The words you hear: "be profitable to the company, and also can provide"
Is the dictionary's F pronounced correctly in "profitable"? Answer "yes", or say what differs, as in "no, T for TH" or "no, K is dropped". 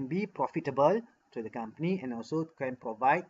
yes